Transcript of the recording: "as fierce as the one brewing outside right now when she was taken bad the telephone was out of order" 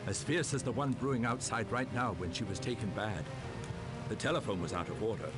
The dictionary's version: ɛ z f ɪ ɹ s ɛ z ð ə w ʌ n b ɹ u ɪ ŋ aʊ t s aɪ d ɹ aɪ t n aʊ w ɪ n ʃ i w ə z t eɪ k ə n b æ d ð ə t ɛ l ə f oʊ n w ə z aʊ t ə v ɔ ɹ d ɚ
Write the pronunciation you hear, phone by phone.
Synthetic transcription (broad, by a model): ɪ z f ɪ ɹ s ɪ z ð ə w ʌ n b ɹ u ɪ ŋ aʊ t s aɪ d ɹ aɪ t n aʊ w ɪ n ʃ i w ə z t eɪ k ə n b æ d ð ə t ɛ l ə f oʊ n w ə z aʊ t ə v ɔ ɹ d ɚ